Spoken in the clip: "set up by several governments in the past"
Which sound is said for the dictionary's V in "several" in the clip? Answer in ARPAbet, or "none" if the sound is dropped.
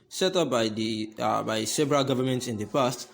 B